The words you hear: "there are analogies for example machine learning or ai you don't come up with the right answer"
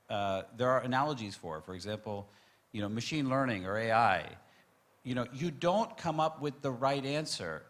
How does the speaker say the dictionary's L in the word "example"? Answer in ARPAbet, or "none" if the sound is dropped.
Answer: N